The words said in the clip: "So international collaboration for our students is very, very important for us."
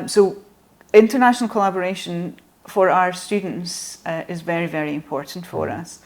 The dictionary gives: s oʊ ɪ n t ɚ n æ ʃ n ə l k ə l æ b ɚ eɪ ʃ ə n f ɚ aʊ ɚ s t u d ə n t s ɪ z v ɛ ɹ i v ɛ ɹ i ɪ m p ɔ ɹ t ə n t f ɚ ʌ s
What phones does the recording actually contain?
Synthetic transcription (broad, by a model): s oʊ ɪ n t ɚ n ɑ ʃ n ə l k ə l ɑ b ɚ eɪ ʃ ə n f ɚ aʊ ɚ s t u d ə n t s ɪ z v ɛ ɹ i v ɛ ɹ i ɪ m p ɔ ɹ t n t f ɚ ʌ s